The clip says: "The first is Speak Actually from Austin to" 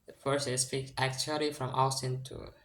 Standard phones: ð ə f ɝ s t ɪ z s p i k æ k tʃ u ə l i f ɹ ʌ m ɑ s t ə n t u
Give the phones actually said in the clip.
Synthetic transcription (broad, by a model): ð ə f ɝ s ɪ s p i k æ k tʃ u ə l i f ɹ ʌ m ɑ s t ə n t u